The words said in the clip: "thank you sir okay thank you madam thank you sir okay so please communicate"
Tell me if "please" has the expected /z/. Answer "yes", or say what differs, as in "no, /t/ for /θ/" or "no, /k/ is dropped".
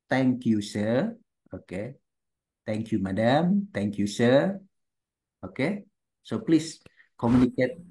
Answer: no, /s/ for /z/